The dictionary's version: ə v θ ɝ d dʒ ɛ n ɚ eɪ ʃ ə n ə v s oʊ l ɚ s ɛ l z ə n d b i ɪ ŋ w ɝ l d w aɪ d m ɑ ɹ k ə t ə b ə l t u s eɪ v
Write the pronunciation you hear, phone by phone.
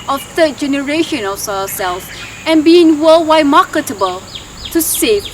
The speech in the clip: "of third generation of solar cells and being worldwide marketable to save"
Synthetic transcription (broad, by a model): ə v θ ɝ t dʒ ɛ n ɚ eɪ ʃ ə n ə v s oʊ ɚ s ɛ l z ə n b i ɪ ŋ w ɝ l w aɪ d m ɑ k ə t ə b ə l t u s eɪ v